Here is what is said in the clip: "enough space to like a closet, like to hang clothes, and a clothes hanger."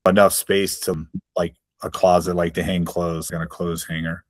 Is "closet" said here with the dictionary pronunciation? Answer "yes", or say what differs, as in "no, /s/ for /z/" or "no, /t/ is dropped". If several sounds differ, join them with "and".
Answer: yes